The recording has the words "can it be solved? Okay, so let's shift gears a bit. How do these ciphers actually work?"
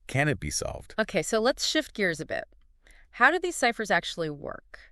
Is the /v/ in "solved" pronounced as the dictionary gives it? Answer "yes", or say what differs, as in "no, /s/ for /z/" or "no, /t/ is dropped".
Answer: yes